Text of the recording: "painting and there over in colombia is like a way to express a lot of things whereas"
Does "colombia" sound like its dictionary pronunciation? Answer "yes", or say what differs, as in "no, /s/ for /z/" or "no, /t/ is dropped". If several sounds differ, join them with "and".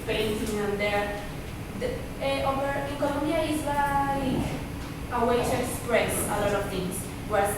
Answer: no, /n/ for /l/ and /b/ is dropped